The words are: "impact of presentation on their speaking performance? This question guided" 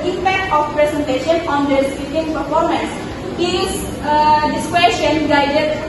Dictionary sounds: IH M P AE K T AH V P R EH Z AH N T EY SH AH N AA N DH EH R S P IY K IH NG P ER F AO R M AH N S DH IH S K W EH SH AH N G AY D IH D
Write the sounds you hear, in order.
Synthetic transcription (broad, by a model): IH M P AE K T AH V P R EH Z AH N T EY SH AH N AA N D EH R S IY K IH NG P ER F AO R M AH N S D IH S K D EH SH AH N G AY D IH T